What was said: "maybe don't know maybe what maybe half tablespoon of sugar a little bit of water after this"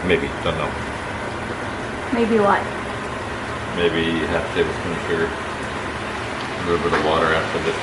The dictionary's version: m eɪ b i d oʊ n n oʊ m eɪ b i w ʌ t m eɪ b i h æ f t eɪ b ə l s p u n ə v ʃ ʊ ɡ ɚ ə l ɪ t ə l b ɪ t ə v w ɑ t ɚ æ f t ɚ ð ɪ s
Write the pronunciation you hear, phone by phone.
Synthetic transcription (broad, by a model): m eɪ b i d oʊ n n oʊ m eɪ b i w ʌ t m eɪ b i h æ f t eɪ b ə s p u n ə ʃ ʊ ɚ ə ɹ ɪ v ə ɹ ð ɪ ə w ɑ t ɚ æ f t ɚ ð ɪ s